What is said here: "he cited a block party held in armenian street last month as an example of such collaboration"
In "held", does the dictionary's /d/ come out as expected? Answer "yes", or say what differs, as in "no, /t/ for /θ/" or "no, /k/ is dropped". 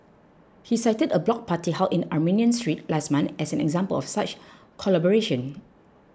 no, /d/ is dropped